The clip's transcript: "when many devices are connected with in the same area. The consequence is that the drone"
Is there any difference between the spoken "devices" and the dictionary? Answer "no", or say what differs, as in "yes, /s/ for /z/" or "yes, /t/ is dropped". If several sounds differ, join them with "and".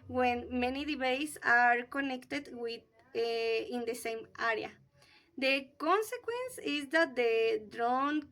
yes, /b/ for /v/